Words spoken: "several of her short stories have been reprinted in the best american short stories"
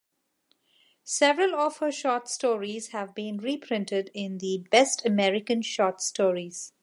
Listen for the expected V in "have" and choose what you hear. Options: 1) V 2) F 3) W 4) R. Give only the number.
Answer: 1